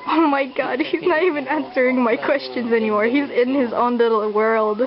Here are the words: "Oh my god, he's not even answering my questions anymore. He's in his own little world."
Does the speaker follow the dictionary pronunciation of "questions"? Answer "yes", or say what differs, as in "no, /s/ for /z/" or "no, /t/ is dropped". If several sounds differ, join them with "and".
yes